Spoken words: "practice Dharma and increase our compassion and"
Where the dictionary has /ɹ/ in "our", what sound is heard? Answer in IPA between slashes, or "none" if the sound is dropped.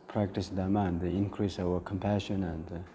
/w/